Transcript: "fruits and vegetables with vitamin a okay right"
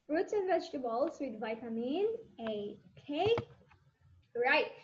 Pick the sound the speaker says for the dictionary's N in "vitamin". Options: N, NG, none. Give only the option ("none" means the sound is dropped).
N